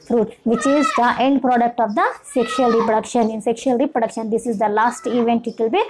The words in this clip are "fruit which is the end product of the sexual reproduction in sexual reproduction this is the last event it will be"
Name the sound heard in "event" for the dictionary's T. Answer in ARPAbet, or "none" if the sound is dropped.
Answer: T